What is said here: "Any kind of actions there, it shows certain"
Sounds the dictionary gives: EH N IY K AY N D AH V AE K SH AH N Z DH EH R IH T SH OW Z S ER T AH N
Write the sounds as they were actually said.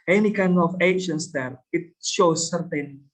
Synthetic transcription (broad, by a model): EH N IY K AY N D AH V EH SH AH N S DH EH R IH T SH OW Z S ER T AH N